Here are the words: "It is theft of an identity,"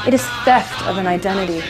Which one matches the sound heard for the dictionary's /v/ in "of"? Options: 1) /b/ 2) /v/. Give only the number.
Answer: 2